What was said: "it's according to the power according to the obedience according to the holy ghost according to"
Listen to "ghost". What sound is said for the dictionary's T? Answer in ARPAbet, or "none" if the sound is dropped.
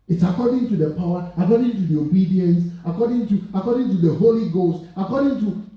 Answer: T